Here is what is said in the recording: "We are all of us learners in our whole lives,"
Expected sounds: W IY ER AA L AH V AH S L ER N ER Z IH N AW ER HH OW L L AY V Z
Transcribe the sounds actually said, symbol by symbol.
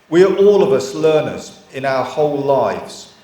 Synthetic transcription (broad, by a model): W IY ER AA L AH V AH S L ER N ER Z IH N AW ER HH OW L L AY V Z